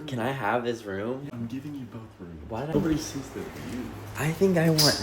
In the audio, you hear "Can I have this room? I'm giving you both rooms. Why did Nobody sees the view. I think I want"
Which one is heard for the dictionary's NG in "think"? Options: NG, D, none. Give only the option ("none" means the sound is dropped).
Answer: NG